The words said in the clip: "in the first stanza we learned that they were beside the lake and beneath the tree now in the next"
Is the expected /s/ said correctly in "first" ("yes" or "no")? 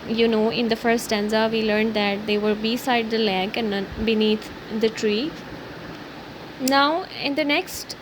no